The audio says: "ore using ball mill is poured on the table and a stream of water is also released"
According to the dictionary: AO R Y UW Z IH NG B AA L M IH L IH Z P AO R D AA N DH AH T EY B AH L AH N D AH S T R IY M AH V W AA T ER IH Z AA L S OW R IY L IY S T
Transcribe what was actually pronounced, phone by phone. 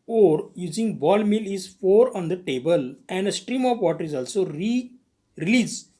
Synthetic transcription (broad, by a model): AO R Y UW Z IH NG B AA L M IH L IH Z F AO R D AA N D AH T EY B AH L AH N D AH S T R IY M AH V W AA T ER IH Z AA L S OW R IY L IY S